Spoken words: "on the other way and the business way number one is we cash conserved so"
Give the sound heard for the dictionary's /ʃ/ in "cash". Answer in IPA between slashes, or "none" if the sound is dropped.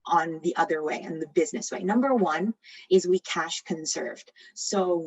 /ʃ/